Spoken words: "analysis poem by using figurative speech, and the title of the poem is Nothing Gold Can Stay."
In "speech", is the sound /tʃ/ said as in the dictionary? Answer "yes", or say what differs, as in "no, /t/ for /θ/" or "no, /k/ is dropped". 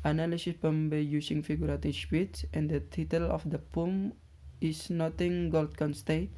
no, /s/ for /tʃ/